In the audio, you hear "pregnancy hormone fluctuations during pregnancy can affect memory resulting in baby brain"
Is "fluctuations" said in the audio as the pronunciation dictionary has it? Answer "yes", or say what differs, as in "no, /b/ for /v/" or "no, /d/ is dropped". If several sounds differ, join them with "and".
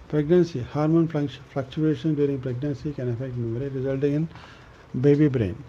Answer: no, /z/ is dropped